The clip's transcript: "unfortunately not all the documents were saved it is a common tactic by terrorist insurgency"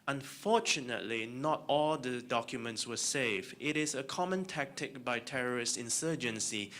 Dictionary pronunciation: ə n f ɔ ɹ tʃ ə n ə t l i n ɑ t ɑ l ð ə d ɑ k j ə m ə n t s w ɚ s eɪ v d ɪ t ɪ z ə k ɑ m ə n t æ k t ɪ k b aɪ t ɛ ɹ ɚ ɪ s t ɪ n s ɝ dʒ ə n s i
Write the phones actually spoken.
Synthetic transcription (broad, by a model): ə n f ɔ tʃ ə n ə t l i n ɑ t ɑ l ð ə d ɑ k j ə m ə n t s w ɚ s eɪ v ɪ t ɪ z ə k ɑ m ə n t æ k t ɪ k b aɪ t ɛ ɹ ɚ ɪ s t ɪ n s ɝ dʒ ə n s i